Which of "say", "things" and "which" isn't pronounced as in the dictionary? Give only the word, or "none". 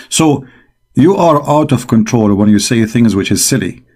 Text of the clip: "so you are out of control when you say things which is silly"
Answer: none